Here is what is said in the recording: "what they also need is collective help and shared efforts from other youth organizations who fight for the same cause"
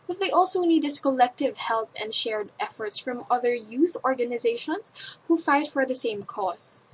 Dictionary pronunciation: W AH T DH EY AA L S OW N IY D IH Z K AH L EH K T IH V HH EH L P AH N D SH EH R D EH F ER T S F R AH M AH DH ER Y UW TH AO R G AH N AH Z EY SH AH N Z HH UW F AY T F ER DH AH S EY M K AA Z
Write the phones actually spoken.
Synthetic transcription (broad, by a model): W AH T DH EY AA L S OW N IY D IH S K AH L EH K T IH V HH EH L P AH N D SH EH R D EH F ER T S F R AH M AH DH ER Y UW TH AO R G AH N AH Z EY SH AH N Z HH UW F AY T F ER DH AH S EY M K AA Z